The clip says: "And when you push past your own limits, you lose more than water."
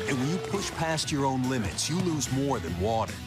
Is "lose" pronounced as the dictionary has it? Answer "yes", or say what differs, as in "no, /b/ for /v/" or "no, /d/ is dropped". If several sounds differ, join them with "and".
yes